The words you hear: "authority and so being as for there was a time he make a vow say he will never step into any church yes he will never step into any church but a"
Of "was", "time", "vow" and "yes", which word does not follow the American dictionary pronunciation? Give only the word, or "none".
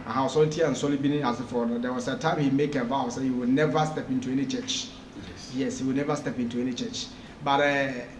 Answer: was